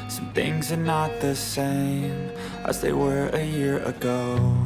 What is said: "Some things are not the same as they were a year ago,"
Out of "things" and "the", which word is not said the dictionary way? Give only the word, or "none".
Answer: none